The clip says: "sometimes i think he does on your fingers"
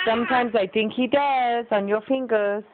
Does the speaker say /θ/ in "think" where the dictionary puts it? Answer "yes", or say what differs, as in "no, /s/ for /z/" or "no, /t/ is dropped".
no, /t/ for /θ/